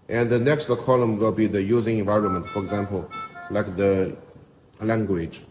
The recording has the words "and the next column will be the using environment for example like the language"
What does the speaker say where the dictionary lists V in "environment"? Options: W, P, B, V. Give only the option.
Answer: V